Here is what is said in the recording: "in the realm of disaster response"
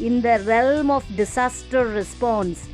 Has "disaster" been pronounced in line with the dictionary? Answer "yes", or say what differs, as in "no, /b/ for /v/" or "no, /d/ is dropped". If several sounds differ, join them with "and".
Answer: no, /s/ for /z/